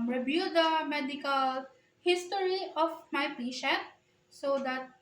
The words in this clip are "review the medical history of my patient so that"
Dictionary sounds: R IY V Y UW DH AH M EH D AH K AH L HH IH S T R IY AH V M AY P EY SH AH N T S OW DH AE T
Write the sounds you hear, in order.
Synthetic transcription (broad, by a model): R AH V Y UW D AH M EH D AH K AH L HH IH S T R IY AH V M AY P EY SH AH T S OW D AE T